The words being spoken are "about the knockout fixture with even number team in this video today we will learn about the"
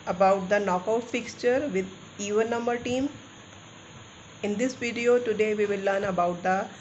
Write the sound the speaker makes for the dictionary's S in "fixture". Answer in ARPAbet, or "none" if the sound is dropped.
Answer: S